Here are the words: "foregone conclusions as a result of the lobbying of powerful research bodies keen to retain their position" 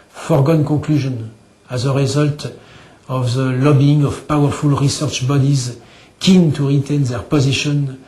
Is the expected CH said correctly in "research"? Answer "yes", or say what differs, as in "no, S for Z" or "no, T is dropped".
yes